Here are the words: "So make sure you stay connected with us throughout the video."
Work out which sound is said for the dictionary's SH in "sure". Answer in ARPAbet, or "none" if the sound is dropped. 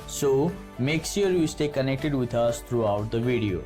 S